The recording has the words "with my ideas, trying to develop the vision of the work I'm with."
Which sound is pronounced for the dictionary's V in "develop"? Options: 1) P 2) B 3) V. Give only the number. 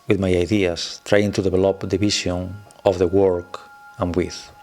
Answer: 2